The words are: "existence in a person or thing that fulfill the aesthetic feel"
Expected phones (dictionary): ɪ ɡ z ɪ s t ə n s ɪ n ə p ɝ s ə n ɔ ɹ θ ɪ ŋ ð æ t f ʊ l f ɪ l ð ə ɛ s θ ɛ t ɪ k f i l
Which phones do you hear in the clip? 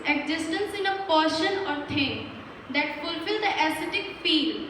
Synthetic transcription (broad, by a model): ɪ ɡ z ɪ s t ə n s ɪ n ə p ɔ ʃ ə n ɔ ɹ t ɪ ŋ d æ t f ʊ l f ɪ l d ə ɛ s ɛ t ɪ k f i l